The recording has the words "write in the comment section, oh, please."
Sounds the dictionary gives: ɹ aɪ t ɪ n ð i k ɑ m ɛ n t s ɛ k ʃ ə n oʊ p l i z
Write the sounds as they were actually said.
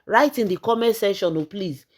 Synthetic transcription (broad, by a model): ɹ aɪ t ɪ n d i k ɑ m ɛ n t s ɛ ʃ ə n oʊ p l i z